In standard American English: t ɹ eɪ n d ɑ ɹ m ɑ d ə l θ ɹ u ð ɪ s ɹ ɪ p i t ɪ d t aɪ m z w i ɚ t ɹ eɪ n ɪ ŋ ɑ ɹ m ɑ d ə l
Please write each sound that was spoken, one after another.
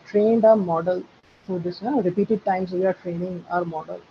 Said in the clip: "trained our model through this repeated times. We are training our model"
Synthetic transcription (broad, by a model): t ɹ eɪ n d ɑ ɹ m ɑ d ə l f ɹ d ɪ s ɹ ɪ p i t ɪ d t aɪ m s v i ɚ t ɹ eɪ n ɪ ŋ ɑ ɹ m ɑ d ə l